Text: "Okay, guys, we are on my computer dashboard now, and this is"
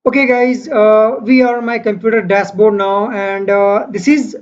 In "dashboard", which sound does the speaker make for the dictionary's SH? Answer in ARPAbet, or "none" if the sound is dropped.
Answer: S